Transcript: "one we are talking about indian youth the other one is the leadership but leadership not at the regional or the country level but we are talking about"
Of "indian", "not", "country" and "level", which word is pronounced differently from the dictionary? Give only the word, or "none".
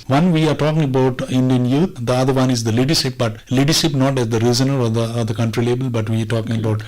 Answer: level